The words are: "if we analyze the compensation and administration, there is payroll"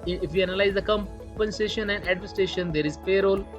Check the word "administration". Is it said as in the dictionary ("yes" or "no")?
no